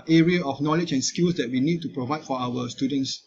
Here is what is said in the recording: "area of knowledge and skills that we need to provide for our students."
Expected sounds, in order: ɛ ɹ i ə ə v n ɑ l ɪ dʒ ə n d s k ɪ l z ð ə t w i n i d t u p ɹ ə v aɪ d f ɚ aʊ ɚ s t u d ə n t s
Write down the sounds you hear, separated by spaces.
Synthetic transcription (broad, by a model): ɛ ɹ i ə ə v n ɑ l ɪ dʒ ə n s k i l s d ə t w i n i d t u p ɹ ə v aɪ d f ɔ aʊ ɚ s t u d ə n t s